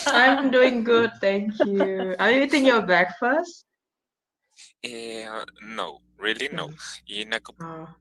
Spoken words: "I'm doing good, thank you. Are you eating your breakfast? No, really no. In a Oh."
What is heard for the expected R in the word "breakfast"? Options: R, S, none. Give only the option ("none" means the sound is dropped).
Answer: none